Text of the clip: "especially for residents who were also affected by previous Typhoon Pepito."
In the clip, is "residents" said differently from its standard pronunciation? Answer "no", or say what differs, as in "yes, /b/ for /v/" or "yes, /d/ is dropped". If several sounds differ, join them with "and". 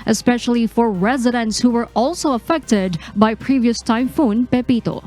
no